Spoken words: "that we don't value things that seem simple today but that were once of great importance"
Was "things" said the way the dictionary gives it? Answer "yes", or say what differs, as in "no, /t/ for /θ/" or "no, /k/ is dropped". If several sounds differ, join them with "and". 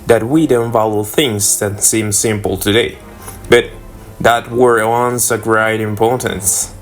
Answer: yes